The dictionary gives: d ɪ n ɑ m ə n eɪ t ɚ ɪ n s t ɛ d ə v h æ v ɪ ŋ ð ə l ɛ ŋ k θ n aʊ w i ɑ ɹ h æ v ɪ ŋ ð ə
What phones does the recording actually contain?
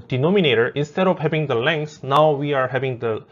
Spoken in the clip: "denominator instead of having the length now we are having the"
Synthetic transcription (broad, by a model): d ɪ n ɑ m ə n eɪ t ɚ ɪ n s t ɛ d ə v h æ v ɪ ŋ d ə l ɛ ŋ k s n aʊ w i ɑ ɹ h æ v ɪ ŋ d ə